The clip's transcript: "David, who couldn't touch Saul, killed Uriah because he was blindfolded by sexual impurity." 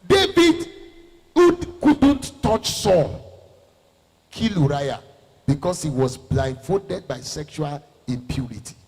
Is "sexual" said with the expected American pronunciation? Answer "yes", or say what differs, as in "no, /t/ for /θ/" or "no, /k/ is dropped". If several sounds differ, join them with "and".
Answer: yes